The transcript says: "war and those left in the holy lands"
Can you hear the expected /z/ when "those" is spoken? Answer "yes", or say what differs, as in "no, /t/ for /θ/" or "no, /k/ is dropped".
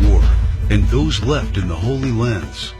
yes